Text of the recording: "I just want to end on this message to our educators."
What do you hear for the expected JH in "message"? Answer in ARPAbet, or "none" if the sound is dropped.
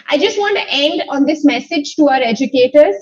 JH